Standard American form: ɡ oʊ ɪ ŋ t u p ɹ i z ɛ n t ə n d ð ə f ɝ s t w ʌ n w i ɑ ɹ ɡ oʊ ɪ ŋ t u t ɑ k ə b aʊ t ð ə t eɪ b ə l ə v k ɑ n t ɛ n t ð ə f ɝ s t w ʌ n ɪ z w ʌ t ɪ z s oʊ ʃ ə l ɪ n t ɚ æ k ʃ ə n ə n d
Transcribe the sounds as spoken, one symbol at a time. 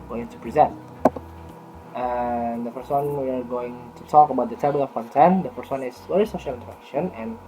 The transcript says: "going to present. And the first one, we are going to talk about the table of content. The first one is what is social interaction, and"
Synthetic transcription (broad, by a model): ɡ oʊ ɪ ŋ t u p ɹ i z ɛ n t ə n d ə f ɝ s t w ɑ n w i ɑ ɹ ɡ oʊ ɪ ŋ t u t ɑ k ə b aʊ t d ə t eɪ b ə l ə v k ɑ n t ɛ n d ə f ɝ s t w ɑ n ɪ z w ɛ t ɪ s oʊ ʃ ə l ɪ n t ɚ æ k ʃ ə n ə n